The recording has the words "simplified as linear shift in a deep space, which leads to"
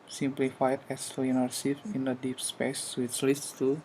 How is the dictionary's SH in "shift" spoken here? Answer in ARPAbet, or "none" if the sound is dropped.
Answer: S